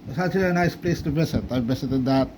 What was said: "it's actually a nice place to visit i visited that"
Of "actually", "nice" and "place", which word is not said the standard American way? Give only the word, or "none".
actually